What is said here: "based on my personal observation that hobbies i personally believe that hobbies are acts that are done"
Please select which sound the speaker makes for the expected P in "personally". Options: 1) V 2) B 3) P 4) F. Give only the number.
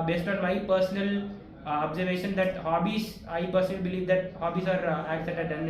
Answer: 3